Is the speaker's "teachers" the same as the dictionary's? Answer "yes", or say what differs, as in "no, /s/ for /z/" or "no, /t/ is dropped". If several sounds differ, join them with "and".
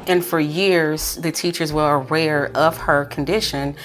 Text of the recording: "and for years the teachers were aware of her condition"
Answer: yes